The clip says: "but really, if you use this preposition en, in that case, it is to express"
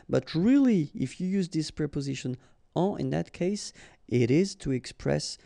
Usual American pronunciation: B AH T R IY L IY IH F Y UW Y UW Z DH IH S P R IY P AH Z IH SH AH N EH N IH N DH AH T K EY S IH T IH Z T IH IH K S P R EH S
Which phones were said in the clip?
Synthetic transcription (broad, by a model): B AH T R IY L IY IH F Y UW Y UW Z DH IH S P R IY P AH Z IH SH AH N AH IH N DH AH T K EY S IH T IH Z T IH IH K S P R EH S